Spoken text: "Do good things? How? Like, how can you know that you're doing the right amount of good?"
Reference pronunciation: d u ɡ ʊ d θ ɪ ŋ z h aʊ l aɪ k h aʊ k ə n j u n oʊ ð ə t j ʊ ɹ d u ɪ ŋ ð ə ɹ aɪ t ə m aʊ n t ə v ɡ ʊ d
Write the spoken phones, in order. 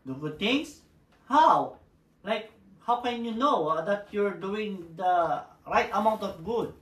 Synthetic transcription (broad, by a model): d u ɡ ʊ d t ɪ ŋ s h aʊ l aɪ k h aʊ k ə n j u n oʊ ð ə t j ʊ ɹ d u ɪ ŋ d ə ɹ aɪ t ə m aʊ n t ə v ɡ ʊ d